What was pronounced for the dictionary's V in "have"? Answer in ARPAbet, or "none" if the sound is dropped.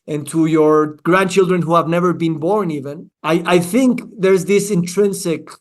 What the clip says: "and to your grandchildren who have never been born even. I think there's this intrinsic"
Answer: V